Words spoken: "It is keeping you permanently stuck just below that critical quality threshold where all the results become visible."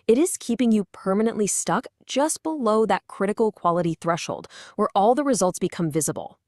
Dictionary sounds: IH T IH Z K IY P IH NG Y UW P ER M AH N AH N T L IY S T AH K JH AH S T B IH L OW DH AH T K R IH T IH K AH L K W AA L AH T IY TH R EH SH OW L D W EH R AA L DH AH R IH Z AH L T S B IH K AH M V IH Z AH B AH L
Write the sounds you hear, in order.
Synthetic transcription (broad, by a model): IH T IH Z K IY P IH NG Y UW P ER M AH N AH N T L IY S T AH K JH AH S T B IH L OW DH AH T K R IH T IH K L K W AA L AH T IY TH R EH SH OW L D W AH R AA L DH AH R IH Z AH L T S B IH K AH M V IH Z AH B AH L